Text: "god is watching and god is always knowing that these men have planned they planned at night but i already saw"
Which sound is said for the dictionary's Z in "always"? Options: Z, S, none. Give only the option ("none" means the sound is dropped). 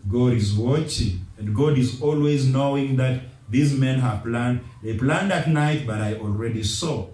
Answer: Z